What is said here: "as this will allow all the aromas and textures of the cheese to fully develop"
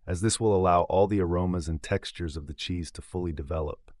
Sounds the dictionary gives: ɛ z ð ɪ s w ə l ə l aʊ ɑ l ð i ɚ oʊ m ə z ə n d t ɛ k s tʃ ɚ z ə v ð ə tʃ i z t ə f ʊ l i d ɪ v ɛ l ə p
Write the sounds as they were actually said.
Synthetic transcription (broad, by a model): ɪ z ð ɪ s w ə l ə l aʊ ɑ l ð i ɚ oʊ m ə z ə n t ɛ k s tʃ ɚ z ə v ð ə tʃ i z t ə f ʊ l i d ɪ v ɛ l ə p